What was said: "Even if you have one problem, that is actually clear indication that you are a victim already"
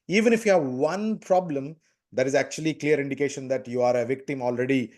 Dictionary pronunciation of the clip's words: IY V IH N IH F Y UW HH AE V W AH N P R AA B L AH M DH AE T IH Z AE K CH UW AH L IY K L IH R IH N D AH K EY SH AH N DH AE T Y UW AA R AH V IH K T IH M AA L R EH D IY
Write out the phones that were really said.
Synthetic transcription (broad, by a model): IY V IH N IH F Y UW HH AE V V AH N P R AA B L AH M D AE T IH Z AE K CH UW AH L IY K L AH R IH N D AH K EY SH AH N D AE T Y UW AA R AH V IH K T IH M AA L R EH D IY